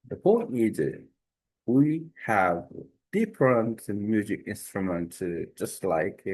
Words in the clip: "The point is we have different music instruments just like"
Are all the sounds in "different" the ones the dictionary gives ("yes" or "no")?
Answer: no